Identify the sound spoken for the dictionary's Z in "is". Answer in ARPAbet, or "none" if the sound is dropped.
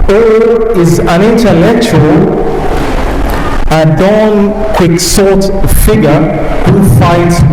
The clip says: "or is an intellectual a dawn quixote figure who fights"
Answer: Z